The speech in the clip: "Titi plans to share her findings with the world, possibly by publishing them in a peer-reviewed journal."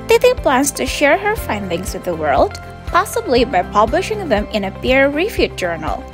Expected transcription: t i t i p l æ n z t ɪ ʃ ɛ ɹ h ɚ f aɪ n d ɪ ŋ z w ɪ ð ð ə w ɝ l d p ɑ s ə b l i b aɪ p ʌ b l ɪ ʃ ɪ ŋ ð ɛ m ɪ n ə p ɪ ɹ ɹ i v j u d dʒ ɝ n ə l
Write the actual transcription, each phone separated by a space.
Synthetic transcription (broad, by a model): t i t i p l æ n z t ɪ ʃ ɛ ɹ h ɚ f aɪ n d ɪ ŋ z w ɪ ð ð ə w ɝ l d p ɑ s ə b l i b aɪ p ʌ b l ɪ ʃ ɪ ŋ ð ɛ m ɪ n ə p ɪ ɹ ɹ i f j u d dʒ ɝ n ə l